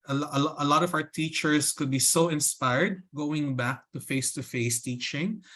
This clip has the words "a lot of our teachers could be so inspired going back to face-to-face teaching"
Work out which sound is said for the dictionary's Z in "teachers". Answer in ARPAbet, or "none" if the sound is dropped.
S